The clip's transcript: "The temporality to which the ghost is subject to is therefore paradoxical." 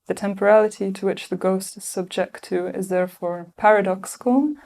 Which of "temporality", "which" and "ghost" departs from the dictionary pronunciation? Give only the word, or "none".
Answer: none